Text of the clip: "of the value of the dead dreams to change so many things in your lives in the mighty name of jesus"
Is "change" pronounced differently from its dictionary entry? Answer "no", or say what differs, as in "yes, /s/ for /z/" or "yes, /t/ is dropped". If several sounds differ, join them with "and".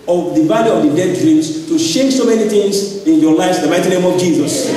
yes, /ʃ/ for /tʃ/